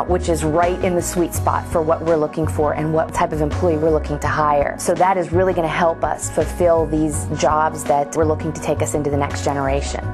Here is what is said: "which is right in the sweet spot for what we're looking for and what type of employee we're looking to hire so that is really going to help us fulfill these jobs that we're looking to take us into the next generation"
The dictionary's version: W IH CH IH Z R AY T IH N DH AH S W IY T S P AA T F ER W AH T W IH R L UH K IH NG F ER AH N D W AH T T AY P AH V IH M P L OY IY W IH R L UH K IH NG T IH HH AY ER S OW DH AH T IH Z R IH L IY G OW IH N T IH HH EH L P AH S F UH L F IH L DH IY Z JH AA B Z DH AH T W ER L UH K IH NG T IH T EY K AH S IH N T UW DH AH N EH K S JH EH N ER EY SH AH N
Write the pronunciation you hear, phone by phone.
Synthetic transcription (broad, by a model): W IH CH IH Z R AY T IH N DH AH S W IY T S P AA T F ER W AH T W IH R L UH K IH NG F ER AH N W AH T T AY P AH V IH M P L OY IY W IH R L UH K IH NG T IH HH AY ER S OW DH AH T IH Z R IH L IY G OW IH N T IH HH EH L P AH S F UH L F IH L DH IY Z JH AA B Z DH AH T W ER L UH K IH NG T IH T EY K AH S IH N T UW DH AH N EH K S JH EH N ER EY SH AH N